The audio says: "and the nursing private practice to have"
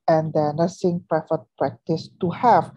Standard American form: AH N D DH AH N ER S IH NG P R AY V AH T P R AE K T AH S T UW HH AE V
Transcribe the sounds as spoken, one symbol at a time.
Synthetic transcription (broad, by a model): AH N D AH N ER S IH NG P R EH F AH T P R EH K T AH S T UW HH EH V